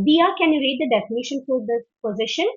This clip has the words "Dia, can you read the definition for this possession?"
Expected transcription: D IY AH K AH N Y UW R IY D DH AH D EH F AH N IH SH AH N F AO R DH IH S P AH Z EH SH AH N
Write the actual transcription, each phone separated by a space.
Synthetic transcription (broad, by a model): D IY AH K AH N Y UW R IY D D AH D EH F AH N IH SH AH N F AO R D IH P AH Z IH SH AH N